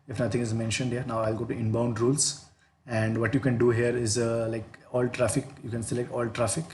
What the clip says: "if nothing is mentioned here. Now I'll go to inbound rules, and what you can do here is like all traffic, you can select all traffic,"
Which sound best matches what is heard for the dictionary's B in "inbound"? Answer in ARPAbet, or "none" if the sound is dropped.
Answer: B